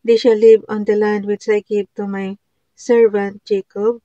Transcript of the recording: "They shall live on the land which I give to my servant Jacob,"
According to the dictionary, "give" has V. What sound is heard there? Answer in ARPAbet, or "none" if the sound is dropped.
B